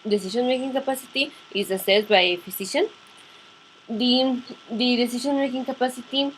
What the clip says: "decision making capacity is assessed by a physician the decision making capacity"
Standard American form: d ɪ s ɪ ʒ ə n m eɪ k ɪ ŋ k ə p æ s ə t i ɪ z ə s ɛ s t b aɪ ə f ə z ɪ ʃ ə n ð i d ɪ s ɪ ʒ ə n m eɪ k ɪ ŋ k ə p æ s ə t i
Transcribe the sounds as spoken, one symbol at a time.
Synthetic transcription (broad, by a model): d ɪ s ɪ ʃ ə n m eɪ k ɪ ŋ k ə p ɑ s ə t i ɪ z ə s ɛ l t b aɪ ə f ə s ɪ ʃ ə n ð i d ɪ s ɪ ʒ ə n m eɪ k ɪ ŋ k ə p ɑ s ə t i